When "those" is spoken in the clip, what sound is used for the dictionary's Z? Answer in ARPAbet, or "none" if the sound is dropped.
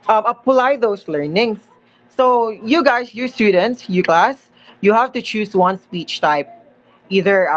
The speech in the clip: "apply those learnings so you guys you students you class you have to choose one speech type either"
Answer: S